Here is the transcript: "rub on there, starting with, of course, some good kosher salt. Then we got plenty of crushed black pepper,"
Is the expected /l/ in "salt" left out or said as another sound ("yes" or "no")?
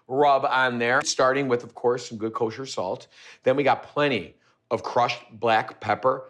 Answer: no